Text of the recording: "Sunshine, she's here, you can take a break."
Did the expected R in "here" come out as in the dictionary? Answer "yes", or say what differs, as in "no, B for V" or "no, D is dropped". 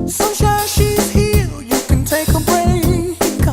no, L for R